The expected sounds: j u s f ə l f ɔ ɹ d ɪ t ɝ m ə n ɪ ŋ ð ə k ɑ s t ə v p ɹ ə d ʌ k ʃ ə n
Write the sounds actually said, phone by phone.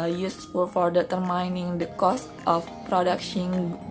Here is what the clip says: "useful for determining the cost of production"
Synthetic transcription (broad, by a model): j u s f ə l f ɔ ɹ d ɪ t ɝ m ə n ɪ ŋ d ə k ɑ s t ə f p ɹ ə d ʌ k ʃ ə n